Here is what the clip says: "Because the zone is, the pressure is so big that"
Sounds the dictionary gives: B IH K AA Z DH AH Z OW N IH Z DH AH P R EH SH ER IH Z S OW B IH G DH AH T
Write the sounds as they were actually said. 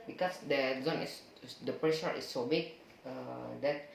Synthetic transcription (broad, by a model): B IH K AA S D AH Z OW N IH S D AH P R EH SH ER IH S OW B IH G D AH T